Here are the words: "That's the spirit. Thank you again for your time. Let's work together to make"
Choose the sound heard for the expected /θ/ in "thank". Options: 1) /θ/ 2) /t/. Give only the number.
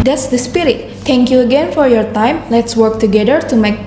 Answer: 2